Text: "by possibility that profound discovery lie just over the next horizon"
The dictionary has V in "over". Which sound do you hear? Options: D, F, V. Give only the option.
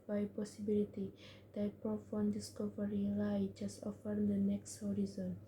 F